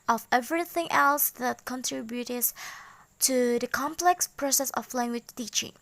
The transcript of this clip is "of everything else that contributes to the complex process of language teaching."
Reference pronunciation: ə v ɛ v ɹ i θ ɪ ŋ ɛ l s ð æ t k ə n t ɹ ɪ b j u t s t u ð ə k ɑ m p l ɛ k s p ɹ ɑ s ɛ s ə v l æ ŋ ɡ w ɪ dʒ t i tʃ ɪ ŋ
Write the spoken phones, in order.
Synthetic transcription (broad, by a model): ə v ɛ v ɹ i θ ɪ ŋ ɛ l s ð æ t k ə n t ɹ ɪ b j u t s t u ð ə k ɑ m p l ɛ k s p ɹ ɑ s ɛ s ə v l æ ŋ ɡ w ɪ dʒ t i tʃ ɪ ŋ